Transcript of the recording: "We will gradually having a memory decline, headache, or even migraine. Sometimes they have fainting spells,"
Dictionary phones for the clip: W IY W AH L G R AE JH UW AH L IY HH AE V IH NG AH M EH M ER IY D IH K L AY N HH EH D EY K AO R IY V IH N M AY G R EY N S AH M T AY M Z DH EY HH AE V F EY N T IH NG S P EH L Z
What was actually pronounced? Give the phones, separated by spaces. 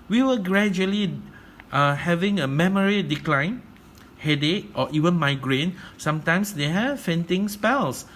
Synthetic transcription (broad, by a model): W IY W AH G R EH JH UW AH L IY HH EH V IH NG AH M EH M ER IY D IH K L AY N HH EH D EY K AO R IY V IH N M AY G R EY N S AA M T AY M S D EY HH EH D F EY N T IH NG S P EH L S